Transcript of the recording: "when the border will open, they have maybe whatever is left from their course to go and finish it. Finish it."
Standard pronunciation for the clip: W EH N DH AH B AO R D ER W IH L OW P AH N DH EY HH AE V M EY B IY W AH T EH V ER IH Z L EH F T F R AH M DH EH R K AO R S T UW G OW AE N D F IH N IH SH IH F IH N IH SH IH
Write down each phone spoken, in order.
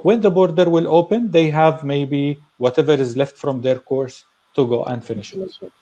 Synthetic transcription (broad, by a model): W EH N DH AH B AO R D ER W IH L OW P AH N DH EY HH AE V M EY B IY W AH T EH V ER IH Z L EH F T F R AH M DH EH R K AO R S T UW G OW AE N D F IH N IH SH IH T